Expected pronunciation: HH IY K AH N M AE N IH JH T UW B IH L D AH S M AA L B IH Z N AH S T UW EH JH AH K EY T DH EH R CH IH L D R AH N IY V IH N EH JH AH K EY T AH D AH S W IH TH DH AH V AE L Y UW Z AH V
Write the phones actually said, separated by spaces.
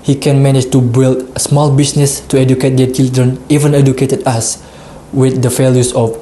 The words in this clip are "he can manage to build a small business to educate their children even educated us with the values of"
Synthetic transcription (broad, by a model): HH IY K AH N M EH N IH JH T UW B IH L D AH S M AA L B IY S N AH S T UW EH JH AH K EY T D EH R CH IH L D R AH N IY V IH N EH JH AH K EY T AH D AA S W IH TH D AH F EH L Y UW S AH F